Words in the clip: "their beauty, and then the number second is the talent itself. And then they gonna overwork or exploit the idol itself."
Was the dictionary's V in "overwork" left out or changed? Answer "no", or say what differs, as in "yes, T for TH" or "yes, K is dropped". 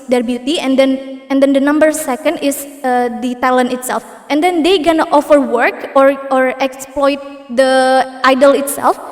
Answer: yes, F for V